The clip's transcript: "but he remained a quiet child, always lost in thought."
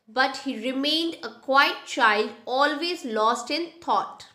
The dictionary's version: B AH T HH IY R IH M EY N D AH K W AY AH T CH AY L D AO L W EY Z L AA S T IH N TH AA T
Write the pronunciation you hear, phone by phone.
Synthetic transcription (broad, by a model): B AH T HH IY R IH M EY N D AH K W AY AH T CH AY L D AO L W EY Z L AA S T IH N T AA T